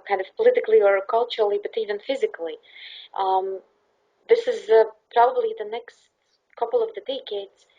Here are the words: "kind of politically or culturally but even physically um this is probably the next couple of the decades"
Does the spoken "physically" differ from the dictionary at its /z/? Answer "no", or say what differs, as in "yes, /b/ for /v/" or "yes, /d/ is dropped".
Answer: no